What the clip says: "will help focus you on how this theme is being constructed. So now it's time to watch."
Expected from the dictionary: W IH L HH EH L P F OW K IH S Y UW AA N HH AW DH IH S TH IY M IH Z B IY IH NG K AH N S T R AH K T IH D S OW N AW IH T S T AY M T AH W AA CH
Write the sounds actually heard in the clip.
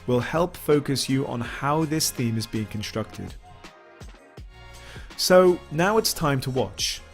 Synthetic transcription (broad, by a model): W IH L HH EH L P F OW K IH S Y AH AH N HH AW DH IH S TH IY M IH Z B IY IH NG K AH N S T R AH K T IH D S OW N AW IH T S T AY M T AH W AA CH